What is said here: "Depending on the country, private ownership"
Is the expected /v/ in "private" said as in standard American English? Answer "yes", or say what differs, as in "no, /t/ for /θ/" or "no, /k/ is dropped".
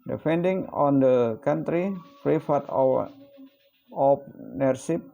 no, /f/ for /v/